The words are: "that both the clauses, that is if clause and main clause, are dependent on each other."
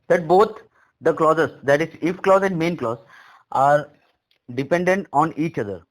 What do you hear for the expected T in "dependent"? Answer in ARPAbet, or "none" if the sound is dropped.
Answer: T